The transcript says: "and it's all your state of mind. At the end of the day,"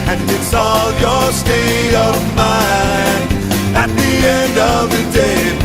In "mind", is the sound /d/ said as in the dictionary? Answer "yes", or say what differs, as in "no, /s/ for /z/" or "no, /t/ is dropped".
no, /d/ is dropped